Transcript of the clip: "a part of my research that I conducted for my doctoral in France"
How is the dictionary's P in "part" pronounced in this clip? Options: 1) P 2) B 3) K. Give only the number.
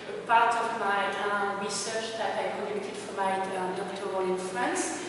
1